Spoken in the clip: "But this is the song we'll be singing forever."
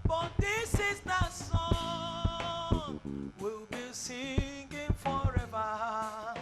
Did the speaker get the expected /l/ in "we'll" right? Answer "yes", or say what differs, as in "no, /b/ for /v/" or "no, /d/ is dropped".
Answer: yes